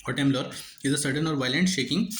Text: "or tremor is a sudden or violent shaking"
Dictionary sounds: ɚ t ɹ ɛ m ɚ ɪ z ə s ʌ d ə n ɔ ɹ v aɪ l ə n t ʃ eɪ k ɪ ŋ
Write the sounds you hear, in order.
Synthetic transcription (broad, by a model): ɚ t ɛ m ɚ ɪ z ə s ʌ d ə n ɔ ɹ v aɪ l ə n t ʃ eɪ k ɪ ŋ